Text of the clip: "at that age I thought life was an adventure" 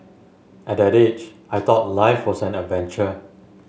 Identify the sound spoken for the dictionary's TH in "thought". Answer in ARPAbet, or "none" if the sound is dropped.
T